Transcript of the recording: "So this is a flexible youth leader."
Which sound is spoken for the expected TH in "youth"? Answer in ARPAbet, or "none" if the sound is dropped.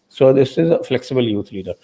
T